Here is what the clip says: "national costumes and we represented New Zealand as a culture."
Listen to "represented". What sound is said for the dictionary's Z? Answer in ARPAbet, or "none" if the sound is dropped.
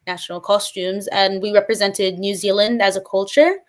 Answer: Z